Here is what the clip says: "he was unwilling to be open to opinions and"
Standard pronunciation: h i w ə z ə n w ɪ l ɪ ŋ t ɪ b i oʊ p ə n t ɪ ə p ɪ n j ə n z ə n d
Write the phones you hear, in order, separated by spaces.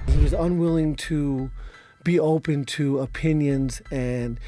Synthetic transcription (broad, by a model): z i w ə z ə n w ɪ l ɪ ŋ t ɪ b i oʊ p ə n t ɪ ə p ɪ n j ə n z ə n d